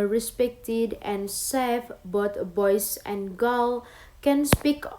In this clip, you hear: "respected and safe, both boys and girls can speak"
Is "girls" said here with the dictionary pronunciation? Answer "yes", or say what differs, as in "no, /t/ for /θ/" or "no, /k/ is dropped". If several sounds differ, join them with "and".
no, /z/ is dropped